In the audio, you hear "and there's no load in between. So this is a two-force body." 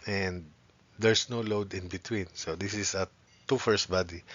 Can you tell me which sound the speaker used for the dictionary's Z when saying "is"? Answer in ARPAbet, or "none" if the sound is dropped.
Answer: S